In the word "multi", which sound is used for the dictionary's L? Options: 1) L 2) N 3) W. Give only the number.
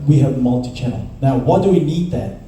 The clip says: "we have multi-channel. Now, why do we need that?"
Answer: 1